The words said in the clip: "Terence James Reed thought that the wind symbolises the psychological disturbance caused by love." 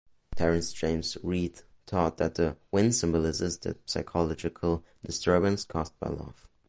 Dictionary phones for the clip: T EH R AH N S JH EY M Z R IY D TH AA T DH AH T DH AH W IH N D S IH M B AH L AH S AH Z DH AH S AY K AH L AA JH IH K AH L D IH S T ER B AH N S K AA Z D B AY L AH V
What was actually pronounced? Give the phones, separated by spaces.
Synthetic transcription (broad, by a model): T EH R AH N S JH EY M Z R IY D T AA T DH AH T DH AH W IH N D S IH M B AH L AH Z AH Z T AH S AY K AH L AA JH IH K AH L D IH S T ER B AH N S K AA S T B AY L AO F